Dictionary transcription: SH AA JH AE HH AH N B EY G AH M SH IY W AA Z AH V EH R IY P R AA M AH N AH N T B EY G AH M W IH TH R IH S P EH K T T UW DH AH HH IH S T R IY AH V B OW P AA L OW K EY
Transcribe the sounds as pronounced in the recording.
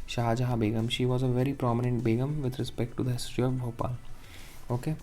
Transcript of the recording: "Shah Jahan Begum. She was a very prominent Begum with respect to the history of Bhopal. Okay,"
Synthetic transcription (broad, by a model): SH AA JH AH HH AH B EY G AH M SH IY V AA Z AH V EH R IY P R AA M AH N AH N T B EY G AH M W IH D R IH S P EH K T T UW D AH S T IY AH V B OW P AA L OW K EY